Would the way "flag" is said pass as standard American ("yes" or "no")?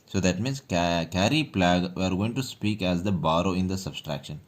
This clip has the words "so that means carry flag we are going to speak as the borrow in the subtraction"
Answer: no